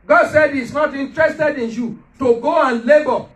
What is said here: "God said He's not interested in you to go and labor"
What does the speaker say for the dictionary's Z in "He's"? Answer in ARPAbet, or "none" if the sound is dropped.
S